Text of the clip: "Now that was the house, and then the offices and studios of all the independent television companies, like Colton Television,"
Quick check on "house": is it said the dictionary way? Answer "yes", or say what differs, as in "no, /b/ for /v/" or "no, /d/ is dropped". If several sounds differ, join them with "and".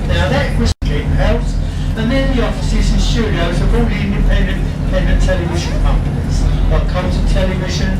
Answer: no, /θ/ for /s/